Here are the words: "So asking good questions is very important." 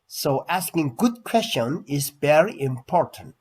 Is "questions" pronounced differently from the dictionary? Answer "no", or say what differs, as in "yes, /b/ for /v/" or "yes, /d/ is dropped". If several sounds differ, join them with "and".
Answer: yes, /z/ is dropped